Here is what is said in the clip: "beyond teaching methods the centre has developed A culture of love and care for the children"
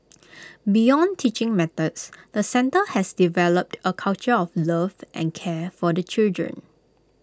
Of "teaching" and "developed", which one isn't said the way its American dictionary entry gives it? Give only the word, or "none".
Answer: none